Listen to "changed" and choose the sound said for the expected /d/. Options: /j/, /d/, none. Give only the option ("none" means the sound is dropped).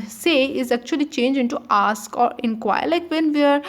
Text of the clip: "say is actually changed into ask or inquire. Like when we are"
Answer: none